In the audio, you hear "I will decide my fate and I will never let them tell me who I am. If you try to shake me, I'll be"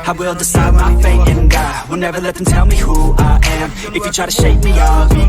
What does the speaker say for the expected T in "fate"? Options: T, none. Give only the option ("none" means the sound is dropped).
none